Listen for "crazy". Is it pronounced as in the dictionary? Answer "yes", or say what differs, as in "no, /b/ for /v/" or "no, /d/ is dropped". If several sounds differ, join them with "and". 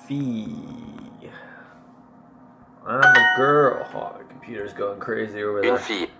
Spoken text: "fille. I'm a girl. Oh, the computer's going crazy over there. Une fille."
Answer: yes